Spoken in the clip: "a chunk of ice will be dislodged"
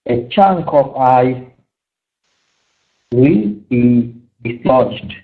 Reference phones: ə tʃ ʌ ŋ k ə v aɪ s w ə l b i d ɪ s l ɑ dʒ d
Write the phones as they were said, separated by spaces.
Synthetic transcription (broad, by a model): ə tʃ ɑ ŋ k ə p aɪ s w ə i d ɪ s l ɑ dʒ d